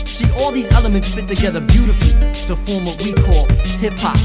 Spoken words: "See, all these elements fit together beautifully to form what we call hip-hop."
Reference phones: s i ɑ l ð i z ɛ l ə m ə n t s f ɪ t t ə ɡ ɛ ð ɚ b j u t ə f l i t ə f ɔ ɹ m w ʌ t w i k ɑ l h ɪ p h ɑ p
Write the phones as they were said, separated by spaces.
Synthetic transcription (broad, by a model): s i ɑ l ð i z ɛ l ə m ə n t s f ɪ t t ə ɡ ɛ ð ɚ b j u t ə f l i t ə f ɔ ɹ m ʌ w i k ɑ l h ɪ p h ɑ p